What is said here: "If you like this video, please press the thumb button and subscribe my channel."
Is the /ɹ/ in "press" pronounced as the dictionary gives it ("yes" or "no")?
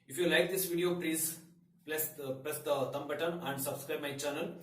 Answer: no